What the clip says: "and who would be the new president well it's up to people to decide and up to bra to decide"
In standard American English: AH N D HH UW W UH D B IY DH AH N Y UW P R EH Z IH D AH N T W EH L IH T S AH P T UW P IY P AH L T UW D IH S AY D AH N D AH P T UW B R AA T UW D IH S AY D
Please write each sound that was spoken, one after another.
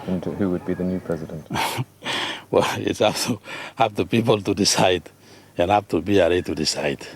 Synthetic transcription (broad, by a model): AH N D HH UW W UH D B IY DH AH N Y UW P R EH Z IH D AH N T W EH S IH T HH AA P T UW P IY P AH L T UW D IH S AY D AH N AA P T UW B R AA T UW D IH S AY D